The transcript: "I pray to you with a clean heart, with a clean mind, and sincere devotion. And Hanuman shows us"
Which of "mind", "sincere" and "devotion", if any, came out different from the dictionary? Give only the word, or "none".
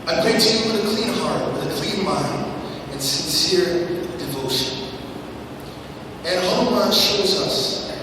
none